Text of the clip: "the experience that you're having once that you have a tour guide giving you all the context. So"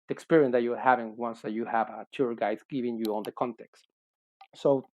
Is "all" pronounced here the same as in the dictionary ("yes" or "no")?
no